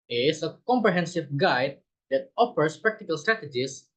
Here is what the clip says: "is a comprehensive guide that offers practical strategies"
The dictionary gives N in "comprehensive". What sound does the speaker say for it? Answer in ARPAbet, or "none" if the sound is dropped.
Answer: N